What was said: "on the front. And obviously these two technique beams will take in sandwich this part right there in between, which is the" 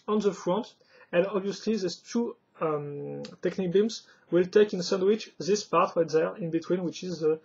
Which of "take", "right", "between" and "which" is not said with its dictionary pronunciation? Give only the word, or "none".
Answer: right